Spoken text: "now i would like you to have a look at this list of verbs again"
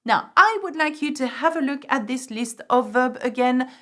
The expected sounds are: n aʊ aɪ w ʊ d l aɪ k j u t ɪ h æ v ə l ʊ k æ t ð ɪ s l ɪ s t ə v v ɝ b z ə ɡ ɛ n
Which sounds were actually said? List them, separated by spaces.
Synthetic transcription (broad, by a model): n aʊ aɪ w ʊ d l aɪ k j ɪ t ɪ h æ v ə l ʊ k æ t ð ɪ s l ɪ s t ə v v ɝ b ə ɡ ɛ n